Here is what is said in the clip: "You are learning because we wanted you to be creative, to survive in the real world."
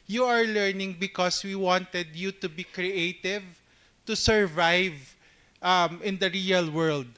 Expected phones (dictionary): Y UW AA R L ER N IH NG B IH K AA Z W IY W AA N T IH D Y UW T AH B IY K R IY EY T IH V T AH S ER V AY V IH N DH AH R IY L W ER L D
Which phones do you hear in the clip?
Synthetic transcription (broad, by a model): Y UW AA R L ER N IH NG B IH K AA S W IY W AA N T IH D Y UW T AH B IY K R IY EY T IH V T AH S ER V AY V IH N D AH R IY L W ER L D